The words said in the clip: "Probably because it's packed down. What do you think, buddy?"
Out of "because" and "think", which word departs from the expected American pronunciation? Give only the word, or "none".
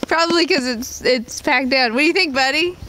because